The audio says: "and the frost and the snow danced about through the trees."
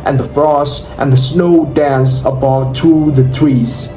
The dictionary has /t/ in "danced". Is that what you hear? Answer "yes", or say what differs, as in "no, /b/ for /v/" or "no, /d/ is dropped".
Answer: no, /t/ is dropped